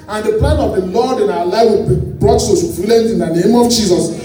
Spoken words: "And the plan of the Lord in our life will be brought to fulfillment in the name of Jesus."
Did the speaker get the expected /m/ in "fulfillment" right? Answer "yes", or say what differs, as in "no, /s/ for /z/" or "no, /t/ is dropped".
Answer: no, /m/ is dropped